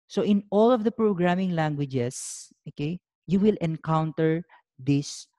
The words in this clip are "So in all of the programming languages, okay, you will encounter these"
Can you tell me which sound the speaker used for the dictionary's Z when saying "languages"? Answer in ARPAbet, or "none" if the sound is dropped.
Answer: S